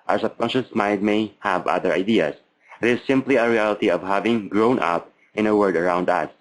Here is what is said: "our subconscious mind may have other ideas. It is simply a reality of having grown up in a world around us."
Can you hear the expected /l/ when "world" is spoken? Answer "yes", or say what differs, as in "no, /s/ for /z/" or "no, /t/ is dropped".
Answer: no, /l/ is dropped